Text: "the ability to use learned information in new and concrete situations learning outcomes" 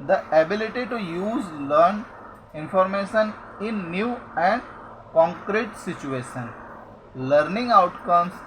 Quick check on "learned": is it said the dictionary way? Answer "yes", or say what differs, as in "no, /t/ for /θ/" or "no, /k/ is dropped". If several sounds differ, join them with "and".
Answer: no, /d/ is dropped